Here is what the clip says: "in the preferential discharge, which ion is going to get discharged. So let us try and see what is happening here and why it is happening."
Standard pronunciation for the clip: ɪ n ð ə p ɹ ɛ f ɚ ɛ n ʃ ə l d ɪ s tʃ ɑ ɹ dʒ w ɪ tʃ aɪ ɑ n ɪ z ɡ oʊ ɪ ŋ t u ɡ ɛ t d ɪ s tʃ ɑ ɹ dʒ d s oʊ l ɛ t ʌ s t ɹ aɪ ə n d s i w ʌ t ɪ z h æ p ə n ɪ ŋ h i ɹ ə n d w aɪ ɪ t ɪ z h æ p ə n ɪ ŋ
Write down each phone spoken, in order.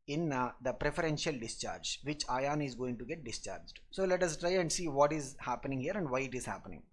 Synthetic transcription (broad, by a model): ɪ n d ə p ɹ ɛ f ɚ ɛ n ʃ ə l d ɪ s tʃ ɑ ɹ dʒ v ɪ tʃ aɪ ɑ n ɪ z ɡ oʊ ɪ ŋ t u ɡ ɛ t d ɪ s tʃ ɑ ɹ dʒ d s oʊ l ɛ t ʌ s t ɹ aɪ ə n d s i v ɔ t ɪ z h æ p ə n ɪ ŋ h i ɹ ə n d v aɪ ɪ t ɪ z h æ p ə n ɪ ŋ